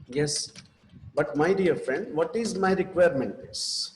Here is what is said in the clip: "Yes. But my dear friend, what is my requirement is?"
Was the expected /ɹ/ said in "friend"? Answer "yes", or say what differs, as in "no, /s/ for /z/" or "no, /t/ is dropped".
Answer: yes